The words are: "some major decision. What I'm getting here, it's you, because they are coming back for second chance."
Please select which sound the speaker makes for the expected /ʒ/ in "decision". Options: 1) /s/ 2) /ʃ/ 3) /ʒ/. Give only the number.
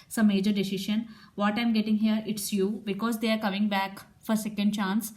2